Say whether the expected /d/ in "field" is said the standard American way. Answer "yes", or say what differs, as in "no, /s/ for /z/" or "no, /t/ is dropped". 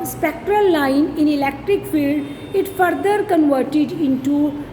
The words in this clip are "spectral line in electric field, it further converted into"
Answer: yes